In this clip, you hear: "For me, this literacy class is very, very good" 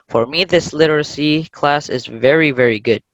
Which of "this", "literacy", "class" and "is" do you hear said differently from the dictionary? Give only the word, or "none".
none